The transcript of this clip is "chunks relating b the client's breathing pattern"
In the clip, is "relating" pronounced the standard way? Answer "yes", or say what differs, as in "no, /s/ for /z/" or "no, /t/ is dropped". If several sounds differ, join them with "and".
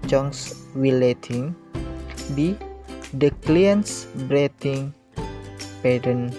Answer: no, /w/ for /ɹ/